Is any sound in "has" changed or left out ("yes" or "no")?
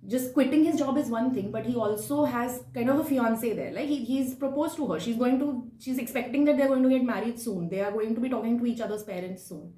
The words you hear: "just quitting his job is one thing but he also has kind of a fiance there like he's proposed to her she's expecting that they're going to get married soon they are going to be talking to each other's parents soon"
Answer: no